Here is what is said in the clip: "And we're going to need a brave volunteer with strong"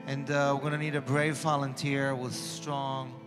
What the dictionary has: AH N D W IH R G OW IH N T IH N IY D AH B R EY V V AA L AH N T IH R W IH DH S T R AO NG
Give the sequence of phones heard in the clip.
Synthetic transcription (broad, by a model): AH N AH W IH R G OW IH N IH N IY D AH B R EY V V AA L AH N T IH R W IH DH S T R AO NG